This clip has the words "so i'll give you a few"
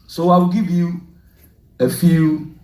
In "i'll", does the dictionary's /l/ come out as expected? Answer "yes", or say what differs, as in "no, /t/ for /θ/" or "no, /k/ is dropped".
no, /w/ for /l/